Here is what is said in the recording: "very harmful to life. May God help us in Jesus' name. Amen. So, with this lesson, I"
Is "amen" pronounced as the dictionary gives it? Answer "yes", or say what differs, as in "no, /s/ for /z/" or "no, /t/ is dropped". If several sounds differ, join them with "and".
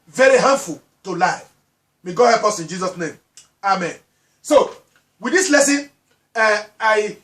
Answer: yes